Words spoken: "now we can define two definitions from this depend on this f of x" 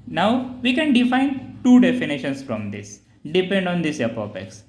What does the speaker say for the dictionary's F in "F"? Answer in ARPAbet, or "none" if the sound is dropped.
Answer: P